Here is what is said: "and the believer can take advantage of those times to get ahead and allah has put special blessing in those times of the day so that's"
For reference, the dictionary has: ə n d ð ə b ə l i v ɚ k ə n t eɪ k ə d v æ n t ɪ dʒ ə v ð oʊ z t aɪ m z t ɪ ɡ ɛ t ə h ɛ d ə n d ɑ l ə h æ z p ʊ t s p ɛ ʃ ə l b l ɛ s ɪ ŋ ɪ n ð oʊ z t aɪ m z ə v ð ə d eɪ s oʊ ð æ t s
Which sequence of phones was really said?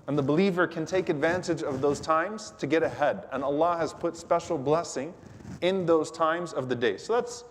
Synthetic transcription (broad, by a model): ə n ð ə b ə l i v ɚ k ə n t eɪ k ə d v æ n t ɪ dʒ ə v ð oʊ z t aɪ m z t ɪ ɡ ɛ t ə h ɛ d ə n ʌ l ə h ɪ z p ʊ t s p ɛ ʃ l b l ɛ s ɪ ŋ ɪ n ð oʊ z t aɪ m z ə v ð ə d eɪ s oʊ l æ t s